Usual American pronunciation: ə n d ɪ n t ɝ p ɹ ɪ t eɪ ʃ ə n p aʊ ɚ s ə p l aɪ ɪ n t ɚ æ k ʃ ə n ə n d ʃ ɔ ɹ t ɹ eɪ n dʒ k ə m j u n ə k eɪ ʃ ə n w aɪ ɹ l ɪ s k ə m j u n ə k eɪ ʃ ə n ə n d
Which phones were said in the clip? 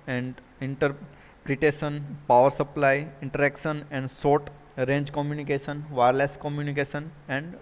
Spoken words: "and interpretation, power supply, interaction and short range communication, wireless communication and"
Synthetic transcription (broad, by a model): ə n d ɪ n t ɝ p ɹ ɪ t eɪ ʃ ə n p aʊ ɚ s ə p l aɪ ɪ n t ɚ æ k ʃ ə n ə n d s ɔ ɹ t ɹ eɪ n dʒ k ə m j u n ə k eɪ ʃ ə n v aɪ ɹ l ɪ s k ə m j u n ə k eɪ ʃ ə n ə n d